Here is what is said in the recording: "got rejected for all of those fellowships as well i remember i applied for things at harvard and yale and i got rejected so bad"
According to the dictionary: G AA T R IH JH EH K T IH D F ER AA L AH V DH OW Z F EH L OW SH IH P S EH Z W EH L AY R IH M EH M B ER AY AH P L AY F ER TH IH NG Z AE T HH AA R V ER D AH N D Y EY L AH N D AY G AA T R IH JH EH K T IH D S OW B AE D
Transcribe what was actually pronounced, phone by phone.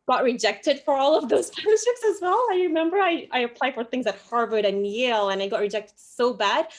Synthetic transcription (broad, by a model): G AA T R IH JH EH K T IH D F ER AA L AH V DH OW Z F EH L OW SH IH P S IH Z W EH L AY R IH M EH M B ER AY AH P L AY F ER TH IH NG Z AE T HH AA R V ER D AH N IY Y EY L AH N AY G AA T R IH JH EH K T IH D S OW B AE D